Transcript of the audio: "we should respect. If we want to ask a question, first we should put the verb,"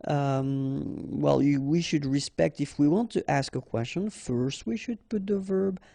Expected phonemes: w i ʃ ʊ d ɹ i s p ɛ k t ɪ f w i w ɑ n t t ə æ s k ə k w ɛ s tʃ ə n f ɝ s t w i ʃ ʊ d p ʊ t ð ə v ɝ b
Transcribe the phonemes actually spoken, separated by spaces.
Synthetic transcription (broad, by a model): w i ʃ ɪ d ɹ i s p ɛ k t ɪ f w i w ɑ n t t æ s k ə k w ɛ s tʃ ə n f ɝ s t w i ʃ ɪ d p ʊ t ð ə v ɝ b